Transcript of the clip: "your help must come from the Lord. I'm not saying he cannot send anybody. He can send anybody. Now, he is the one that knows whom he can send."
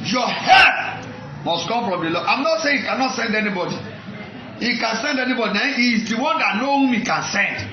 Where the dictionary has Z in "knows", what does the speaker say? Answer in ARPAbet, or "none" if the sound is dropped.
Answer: none